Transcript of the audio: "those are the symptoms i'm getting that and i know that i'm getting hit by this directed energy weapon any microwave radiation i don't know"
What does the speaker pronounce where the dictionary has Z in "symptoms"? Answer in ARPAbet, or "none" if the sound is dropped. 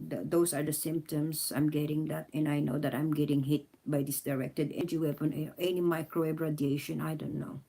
S